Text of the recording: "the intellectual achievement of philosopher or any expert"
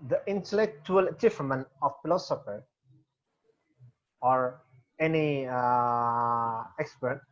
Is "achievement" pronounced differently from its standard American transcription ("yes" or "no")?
yes